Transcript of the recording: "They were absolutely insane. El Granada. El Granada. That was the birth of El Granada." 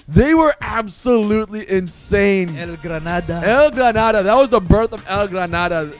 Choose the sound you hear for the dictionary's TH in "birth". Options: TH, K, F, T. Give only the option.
TH